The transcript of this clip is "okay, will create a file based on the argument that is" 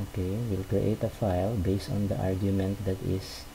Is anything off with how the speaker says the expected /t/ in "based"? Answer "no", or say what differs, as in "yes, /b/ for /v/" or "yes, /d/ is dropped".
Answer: no